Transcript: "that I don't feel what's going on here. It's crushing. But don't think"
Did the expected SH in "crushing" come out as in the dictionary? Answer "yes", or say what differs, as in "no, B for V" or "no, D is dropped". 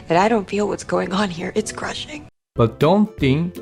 yes